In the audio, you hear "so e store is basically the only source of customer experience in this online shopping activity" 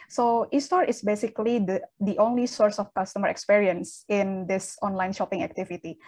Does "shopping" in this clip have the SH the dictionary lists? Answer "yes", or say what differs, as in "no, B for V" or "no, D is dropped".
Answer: yes